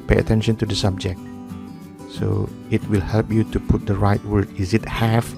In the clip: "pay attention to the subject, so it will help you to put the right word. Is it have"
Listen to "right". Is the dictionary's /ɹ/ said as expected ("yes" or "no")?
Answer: yes